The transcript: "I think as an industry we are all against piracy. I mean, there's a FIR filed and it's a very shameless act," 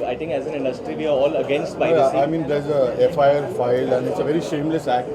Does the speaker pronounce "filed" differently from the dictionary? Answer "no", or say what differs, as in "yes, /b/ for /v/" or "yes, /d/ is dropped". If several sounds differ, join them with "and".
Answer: yes, /d/ is dropped